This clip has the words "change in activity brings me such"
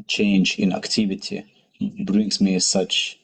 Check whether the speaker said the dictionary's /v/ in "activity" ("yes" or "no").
yes